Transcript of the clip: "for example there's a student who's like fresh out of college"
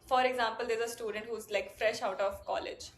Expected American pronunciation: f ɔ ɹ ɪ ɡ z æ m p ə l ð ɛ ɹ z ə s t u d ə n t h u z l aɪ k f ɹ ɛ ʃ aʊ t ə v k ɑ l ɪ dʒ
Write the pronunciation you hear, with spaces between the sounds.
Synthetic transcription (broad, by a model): f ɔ ɹ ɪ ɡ z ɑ m p ə l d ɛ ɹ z ə s t u d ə n t h u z l aɪ k f ɹ ɛ ʃ aʊ t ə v k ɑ l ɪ dʒ